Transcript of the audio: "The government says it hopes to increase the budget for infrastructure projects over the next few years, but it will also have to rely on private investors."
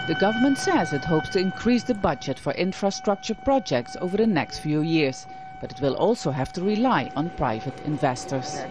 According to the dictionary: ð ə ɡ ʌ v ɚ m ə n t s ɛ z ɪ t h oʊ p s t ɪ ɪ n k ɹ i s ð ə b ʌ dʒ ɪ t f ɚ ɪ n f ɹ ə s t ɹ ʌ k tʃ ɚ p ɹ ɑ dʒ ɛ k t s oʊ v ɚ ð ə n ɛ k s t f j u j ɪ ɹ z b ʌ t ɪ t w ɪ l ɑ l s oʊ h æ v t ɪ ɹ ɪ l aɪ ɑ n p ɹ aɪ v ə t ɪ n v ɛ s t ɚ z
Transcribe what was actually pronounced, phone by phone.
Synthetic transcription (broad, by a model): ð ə ɡ ʌ v ɚ m ə n t s ɛ z ɪ t h oʊ p s t ɪ ɪ n k ɹ i s ð ə b ʌ dʒ ɪ t f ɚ ɪ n f ɹ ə s t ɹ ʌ k tʃ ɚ p ɹ ɑ dʒ ɛ k t s oʊ v ɚ ð ə n ɛ k s t f j u j ɪ ɹ z b ʌ t ɪ t w ɪ l ɑ l s oʊ h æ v t ɪ ɹ ɪ l aɪ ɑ n p ɹ aɪ v ə t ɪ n v ɛ s t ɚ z